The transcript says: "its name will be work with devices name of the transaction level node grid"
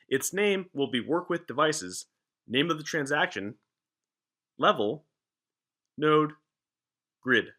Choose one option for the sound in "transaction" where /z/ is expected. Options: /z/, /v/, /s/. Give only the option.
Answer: /z/